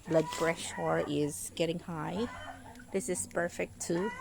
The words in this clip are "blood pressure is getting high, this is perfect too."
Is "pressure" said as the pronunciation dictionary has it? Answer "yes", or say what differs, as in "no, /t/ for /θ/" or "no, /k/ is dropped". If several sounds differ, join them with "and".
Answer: no, /b/ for /p/